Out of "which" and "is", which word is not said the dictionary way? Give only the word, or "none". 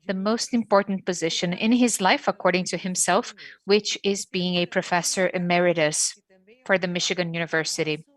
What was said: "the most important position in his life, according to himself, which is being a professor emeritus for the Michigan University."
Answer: none